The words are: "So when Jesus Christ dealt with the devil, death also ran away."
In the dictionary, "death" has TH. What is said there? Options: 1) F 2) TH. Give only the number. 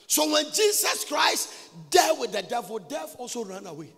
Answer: 1